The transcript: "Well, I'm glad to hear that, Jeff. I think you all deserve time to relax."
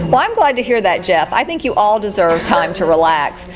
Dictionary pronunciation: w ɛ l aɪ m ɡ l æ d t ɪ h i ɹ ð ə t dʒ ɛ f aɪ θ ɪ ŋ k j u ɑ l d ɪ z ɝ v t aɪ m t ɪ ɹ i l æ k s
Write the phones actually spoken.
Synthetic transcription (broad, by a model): w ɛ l aɪ m ɡ l æ d t ɪ h i ɹ ð ə t dʒ ɛ f aɪ θ ɪ ŋ k j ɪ ɑ l d ɪ z ɝ v t aɪ m t ɪ ɹ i l æ k s